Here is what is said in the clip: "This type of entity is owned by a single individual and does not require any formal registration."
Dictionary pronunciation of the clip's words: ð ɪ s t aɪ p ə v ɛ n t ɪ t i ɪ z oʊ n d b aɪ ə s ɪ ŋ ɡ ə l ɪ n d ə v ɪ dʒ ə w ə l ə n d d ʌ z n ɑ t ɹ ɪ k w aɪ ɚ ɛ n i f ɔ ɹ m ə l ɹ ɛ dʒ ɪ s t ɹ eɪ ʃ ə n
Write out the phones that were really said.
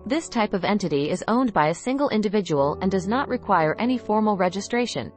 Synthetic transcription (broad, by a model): ð ɪ s t aɪ p ə v ɛ n t ɪ t i ɪ z oʊ n b aɪ ə s ɪ ŋ ɡ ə l ɪ n d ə v ɪ dʒ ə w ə l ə n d d ʌ z n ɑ t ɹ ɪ k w aɪ ɚ ɛ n i f ɔ ɹ m l ɹ ɛ dʒ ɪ s t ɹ eɪ ʃ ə n